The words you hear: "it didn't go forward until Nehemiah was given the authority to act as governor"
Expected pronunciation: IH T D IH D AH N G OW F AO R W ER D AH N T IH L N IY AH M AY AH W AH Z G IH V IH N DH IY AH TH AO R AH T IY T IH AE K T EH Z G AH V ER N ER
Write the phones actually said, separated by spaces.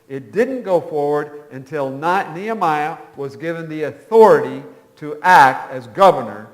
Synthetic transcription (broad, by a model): IH T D IH D N G OW F AO R W ER D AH N T IH L N IY AH M AY AH W AH Z G IH V IH N DH IY AH TH AO R AH T IY T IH AE K T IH Z G AH V ER N ER